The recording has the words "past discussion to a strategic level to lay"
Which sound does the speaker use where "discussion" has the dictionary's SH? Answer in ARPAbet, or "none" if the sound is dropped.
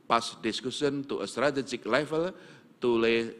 S